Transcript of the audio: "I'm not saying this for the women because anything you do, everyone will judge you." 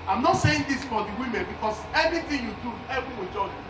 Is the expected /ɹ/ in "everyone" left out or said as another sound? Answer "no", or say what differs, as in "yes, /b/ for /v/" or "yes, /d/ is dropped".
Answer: yes, /ɹ/ is dropped